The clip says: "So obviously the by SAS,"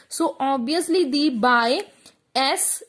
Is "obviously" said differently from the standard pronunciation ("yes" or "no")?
yes